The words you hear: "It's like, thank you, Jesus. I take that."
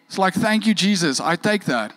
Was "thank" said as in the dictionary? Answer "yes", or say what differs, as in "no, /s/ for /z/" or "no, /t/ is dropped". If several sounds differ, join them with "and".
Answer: yes